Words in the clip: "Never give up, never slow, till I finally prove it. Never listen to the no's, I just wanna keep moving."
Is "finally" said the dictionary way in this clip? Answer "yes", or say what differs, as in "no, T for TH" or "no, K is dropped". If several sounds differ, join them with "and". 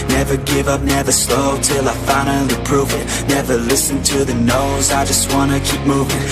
no, N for L